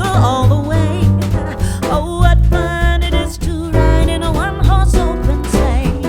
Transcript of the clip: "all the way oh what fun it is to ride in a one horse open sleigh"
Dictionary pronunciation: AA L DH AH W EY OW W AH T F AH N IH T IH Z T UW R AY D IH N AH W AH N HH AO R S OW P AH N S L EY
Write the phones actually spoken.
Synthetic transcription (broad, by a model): AA L DH AH W EY OW W AH T F AH N IH T IH Z T UW R AY D IH N AH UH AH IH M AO L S OW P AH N S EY